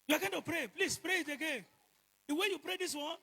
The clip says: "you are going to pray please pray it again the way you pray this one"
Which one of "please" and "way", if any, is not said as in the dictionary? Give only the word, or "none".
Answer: please